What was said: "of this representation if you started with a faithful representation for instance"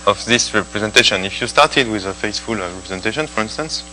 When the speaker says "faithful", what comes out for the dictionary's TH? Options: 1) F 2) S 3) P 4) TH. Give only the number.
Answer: 2